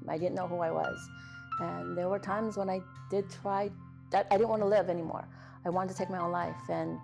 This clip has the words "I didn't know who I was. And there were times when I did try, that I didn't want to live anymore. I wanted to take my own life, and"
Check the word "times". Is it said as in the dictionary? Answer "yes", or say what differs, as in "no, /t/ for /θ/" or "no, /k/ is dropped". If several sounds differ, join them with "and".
yes